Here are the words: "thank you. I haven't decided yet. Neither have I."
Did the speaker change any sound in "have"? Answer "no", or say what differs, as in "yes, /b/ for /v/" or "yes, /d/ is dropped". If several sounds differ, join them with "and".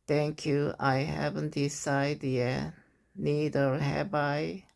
yes, /b/ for /v/